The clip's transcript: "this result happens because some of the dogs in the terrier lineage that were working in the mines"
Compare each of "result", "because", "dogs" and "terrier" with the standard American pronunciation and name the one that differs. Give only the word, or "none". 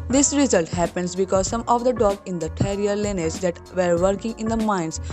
dogs